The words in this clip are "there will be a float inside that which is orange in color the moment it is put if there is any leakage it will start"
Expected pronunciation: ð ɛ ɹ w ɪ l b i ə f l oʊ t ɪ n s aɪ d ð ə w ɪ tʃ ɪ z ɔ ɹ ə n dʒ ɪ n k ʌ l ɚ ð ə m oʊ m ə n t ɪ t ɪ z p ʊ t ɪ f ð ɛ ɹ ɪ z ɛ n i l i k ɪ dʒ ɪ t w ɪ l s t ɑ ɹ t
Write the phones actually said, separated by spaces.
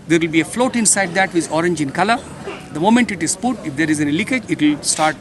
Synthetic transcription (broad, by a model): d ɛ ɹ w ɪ l b i ə f l oʊ t ɪ n s aɪ d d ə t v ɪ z ɔ ɹ ə n dʒ ɪ n k ʌ l ɚ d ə m oʊ m ə n t ɪ t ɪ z p ʊ t ɪ f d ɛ ɹ ɪ z ɛ n i l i k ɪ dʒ ɪ t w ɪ l s t ɑ ɹ t